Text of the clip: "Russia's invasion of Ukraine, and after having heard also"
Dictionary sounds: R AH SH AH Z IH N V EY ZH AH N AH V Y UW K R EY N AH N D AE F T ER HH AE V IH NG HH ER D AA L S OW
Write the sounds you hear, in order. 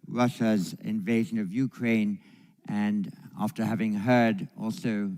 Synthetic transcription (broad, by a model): R AH SH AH Z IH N V EY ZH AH N AH V Y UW K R EY N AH N AE F T ER HH AE V IH NG HH ER D AA L S OW